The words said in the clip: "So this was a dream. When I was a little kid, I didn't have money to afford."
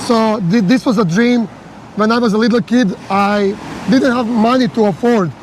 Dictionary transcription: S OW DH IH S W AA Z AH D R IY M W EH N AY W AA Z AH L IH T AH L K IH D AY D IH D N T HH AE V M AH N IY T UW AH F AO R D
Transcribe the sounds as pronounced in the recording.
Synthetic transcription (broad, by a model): S OW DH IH S W AA Z AH D R IY M W EH N AY W AA Z AH L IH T L K IH D AY D IH D N T HH AE V M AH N IY T UW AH F AO R D